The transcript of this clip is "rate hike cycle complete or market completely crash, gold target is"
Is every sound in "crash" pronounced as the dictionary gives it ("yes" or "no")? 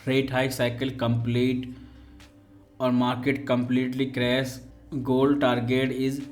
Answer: no